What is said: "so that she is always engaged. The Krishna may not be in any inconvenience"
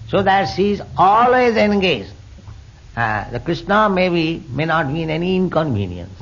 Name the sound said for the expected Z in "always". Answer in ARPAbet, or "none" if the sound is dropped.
Z